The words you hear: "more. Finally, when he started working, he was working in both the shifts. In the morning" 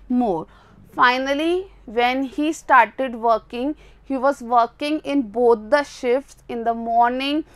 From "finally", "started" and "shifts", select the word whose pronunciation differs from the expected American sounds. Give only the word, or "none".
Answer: none